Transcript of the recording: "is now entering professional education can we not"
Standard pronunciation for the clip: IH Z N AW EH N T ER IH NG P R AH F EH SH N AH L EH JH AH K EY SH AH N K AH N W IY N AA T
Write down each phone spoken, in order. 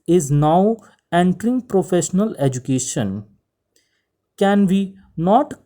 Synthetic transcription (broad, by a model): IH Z N AW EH N T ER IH NG P R AH F EH SH N AH L EH JH AH K EY SH AH N K AH N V IY N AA T